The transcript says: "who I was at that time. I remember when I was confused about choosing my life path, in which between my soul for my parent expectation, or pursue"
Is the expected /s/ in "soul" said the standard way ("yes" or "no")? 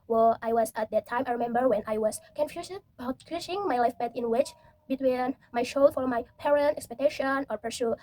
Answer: no